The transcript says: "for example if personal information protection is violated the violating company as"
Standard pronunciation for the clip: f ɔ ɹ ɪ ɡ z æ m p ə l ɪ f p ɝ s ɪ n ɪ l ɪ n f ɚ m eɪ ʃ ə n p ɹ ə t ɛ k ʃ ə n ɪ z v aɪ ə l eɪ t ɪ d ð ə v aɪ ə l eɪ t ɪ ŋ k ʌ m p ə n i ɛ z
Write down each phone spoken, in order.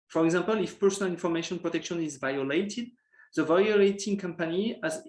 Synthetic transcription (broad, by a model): f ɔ ɹ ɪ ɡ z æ m p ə l ɪ f p ɝ s ɪ n ɪ l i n f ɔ m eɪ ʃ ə n p ɹ ə t ɛ k ʃ ə n ɪ z v aɪ ə l eɪ t ɪ d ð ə v aɪ ə l eɪ t ɪ ŋ k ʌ m p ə n i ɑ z